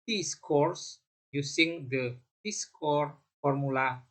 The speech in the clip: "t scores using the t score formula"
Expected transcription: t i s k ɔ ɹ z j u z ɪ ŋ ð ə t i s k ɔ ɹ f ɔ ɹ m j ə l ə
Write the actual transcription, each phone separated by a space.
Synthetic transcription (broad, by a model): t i s k ɔ ɹ s j u s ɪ ŋ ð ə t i s k ɔ ɹ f ɔ ɹ m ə l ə